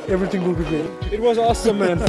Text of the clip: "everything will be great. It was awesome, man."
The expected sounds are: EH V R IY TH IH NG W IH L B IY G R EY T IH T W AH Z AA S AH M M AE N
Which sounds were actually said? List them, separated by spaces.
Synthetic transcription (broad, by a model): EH V R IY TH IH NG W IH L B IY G EY IH T W AH Z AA S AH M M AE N